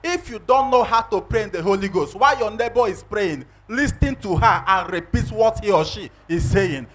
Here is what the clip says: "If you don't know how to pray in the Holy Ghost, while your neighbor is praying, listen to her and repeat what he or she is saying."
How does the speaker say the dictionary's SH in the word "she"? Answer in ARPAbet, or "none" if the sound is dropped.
SH